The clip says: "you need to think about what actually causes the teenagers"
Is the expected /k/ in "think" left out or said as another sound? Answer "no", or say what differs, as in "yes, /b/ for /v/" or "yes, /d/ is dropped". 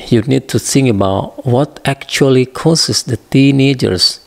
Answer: yes, /k/ is dropped